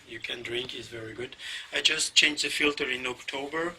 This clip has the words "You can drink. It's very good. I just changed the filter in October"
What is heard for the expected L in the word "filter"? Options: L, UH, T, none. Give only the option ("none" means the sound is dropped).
L